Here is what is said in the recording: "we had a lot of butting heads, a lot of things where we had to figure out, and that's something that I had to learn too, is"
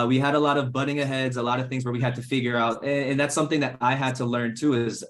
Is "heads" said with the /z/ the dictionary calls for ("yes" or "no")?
yes